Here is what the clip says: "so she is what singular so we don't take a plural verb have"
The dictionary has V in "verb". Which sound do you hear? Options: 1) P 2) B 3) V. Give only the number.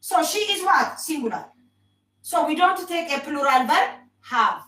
2